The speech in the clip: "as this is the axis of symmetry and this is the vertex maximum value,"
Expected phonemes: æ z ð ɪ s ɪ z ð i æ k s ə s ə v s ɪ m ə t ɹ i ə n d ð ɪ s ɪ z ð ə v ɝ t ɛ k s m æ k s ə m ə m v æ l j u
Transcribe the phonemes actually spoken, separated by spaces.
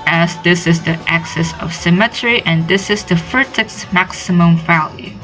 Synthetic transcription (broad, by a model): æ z ð ɪ s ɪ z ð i æ k s ə s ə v s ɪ m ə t ɹ i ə n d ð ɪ s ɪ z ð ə f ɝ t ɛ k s m æ k s ə m ə m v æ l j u